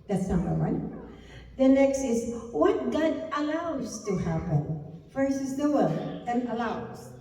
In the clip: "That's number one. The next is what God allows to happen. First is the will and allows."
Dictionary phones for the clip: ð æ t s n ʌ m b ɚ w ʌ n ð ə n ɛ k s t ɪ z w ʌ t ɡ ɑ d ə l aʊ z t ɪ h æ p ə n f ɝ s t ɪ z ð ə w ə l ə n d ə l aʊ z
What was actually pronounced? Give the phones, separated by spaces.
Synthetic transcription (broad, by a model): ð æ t s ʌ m ɚ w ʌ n ð ə n ɛ k s t ɪ z w ʌ t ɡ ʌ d ə l aʊ z t ɪ h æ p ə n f ɝ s ɪ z ð ə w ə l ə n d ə l aʊ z